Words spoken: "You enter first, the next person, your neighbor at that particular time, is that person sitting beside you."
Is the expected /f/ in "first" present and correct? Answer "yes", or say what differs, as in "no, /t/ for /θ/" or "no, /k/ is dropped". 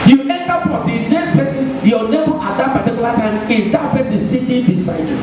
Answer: no, /p/ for /f/